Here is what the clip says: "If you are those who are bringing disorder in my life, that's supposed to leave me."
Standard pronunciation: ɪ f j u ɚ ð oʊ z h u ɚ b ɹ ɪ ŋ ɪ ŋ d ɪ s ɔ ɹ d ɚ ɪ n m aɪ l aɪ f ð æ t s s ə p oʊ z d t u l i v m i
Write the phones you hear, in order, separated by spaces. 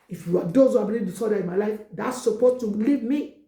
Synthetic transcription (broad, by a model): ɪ f j u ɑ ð oʊ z h u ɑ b ɪ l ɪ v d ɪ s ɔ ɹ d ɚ ɪ n m aɪ l aɪ f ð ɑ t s s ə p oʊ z t u l i v m i